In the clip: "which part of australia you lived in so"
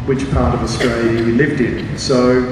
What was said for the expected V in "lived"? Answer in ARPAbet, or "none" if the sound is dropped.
V